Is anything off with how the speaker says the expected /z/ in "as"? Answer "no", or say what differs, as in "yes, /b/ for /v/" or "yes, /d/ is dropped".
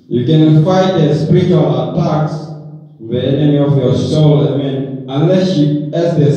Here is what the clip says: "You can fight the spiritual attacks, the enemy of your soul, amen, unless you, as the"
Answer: yes, /s/ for /z/